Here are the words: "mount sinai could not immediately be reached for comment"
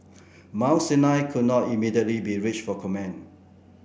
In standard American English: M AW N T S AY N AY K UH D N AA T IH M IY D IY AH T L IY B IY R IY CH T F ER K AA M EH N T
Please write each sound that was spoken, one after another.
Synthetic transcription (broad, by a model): M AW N S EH N AY K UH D N AA T IH M IY D IY AH T L IY B IY R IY CH F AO K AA M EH N